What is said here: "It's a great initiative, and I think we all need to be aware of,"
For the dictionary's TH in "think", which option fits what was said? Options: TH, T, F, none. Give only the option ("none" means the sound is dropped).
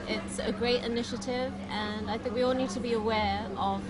TH